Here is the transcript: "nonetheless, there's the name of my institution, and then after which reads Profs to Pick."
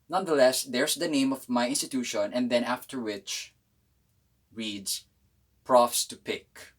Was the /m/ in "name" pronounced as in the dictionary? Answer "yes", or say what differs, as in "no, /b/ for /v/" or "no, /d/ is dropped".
yes